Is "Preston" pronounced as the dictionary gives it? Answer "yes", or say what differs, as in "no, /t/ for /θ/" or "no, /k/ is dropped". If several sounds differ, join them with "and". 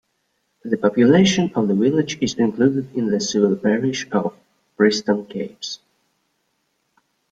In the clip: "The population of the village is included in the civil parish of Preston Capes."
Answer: no, /b/ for /p/